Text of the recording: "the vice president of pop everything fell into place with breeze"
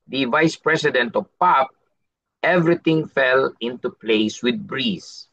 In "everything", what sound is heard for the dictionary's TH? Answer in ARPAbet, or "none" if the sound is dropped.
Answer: T